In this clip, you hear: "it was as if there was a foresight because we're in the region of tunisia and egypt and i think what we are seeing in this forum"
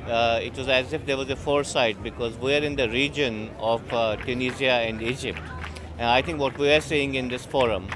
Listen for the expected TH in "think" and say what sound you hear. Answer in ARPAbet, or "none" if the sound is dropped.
T